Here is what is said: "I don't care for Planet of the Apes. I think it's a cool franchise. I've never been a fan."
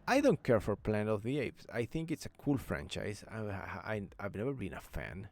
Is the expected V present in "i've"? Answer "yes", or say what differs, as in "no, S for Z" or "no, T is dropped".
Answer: yes